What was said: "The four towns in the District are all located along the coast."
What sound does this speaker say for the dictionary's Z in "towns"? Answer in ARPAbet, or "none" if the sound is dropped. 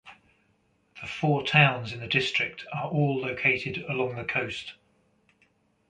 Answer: Z